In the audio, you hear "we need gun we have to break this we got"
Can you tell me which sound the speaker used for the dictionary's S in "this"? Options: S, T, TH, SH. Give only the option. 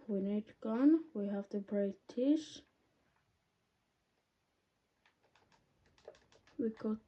SH